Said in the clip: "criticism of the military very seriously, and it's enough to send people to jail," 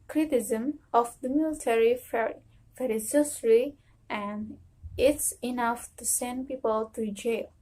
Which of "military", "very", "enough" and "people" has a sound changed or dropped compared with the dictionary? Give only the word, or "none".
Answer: very